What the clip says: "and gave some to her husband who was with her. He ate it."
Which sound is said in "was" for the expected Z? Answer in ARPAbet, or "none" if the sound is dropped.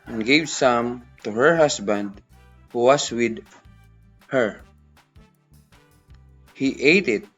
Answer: S